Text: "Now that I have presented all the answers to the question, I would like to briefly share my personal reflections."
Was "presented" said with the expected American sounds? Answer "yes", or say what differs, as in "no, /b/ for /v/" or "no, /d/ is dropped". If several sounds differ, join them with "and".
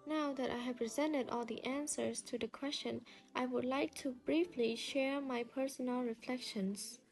yes